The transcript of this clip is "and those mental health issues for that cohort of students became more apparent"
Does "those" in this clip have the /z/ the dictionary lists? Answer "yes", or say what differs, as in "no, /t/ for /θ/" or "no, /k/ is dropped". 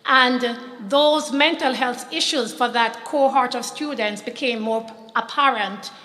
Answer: yes